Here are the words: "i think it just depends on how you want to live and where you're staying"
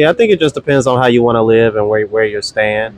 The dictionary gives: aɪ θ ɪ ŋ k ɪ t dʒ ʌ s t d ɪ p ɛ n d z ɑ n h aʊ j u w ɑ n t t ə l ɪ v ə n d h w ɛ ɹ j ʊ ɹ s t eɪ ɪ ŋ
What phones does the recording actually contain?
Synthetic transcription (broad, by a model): aɪ θ ɪ ŋ k ɪ t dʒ ʌ s d ɪ p ɛ n d z n h aʊ j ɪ w ɑ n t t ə l ɪ v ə n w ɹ w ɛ ɹ j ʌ ɹ s t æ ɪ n